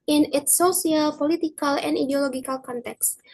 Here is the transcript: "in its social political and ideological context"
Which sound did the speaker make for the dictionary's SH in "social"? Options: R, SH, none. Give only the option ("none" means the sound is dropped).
none